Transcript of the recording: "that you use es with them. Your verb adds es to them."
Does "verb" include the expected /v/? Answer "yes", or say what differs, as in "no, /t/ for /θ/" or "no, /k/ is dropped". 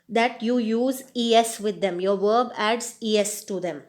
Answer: yes